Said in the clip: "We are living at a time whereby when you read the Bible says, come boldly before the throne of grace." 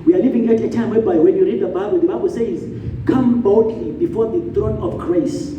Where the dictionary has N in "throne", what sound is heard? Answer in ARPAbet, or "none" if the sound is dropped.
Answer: N